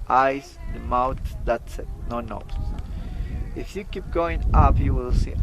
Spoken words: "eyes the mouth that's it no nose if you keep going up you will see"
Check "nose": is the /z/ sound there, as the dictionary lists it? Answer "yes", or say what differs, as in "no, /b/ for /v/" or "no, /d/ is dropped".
no, /s/ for /z/